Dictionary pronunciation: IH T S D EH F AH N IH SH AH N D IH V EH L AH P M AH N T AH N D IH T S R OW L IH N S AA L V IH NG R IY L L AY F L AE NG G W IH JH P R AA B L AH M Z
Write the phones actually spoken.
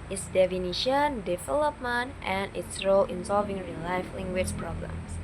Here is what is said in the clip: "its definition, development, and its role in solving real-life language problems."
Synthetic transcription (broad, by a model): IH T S D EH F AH N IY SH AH N D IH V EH L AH P M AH N T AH N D IH T S R OW L IH N S AA L V IH NG R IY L L AY F L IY NG G W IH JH P R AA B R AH M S